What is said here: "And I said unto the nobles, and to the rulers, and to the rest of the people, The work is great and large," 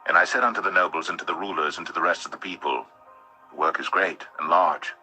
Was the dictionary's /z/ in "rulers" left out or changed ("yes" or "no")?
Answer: no